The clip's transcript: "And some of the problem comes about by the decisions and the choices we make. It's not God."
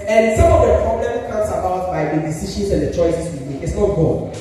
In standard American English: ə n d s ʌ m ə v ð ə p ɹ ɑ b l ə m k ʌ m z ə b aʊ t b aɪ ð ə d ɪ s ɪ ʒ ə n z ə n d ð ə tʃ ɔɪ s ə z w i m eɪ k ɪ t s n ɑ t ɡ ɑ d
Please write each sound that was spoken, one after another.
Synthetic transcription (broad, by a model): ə n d s ʌ m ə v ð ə p ɹ ɑ b l ə m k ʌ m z ə b aʊ t b aɪ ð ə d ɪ s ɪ ʃ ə n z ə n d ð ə tʃ ɔɪ s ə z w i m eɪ ɪ t s n ɑ t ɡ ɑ